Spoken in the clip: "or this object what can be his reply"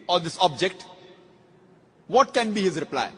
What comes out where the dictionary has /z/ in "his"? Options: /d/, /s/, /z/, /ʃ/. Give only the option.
/z/